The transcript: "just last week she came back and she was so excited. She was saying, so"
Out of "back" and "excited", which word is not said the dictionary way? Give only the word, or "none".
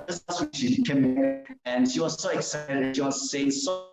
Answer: back